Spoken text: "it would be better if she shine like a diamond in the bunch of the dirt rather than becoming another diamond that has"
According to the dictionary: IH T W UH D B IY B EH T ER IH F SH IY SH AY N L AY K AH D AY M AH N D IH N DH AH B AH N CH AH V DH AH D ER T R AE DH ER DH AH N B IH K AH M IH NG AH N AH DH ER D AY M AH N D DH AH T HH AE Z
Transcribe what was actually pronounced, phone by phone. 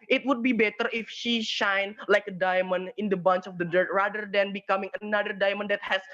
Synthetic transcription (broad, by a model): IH T W UH D B IY B EH T ER IH F SH IY SH AY N L AY K AH D AY M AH N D IH N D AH B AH N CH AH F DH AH D ER T R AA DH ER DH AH N B IH K AH M IH NG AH N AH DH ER D AY M AH N D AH T HH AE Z